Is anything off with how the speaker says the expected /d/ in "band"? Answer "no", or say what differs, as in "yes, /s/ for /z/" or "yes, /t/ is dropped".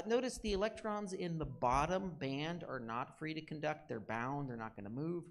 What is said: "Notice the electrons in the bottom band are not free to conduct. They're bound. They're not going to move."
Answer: no